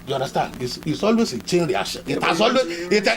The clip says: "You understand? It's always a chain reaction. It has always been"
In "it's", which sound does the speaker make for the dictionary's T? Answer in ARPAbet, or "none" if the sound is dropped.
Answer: S